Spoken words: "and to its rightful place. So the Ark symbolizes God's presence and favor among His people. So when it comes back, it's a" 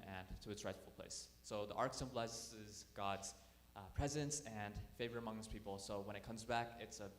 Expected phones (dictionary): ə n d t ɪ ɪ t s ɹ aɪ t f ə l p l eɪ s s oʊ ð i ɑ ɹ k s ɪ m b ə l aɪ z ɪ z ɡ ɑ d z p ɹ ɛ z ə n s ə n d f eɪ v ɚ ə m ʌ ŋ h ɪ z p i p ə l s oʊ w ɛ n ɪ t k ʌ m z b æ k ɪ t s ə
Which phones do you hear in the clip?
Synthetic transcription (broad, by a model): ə n t ɪ ɪ t s ɹ aɪ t f l p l eɪ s s oʊ ð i ɑ ɹ k s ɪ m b l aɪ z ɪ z ɡ ɑ d z p ɹ ɛ z ə n s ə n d f eɪ v ɚ ə m ʌ ŋ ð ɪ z p i p l s oʊ w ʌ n ɪ t k ʌ m z b æ k ɪ t s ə